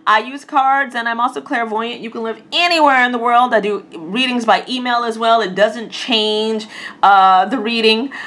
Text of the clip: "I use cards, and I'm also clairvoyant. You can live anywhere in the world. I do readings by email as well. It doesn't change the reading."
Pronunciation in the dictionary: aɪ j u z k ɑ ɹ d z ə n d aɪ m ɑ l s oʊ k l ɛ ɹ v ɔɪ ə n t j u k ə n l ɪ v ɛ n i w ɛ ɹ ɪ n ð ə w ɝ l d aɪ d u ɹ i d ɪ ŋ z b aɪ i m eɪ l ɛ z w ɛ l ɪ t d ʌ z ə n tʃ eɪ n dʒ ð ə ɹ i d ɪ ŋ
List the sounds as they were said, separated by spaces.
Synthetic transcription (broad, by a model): aɪ j u z k ɑ ɹ d z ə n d aɪ m ɑ l s oʊ k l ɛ ɹ v ɔɪ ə n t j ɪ k ə n l ɪ v ɛ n i w ɛ ɹ ɪ n ð ə w ɝ l d aɪ d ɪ ɹ i d ɪ ŋ z b aɪ i m eɪ l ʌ z w ɛ l ɪ t d ʌ z ə n tʃ eɪ n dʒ ð ə ɹ i d ɪ ŋ